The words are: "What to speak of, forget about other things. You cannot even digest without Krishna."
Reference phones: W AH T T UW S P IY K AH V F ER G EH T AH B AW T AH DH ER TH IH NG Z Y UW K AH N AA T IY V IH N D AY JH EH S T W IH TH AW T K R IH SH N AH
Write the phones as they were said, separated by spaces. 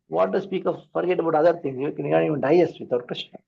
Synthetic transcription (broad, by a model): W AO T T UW S P IY K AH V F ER G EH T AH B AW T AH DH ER T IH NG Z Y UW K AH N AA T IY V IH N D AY EH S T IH T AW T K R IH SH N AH